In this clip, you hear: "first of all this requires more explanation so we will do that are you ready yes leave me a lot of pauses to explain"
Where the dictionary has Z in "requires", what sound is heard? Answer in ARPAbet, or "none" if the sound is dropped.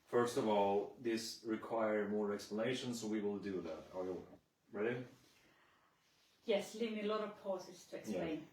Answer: none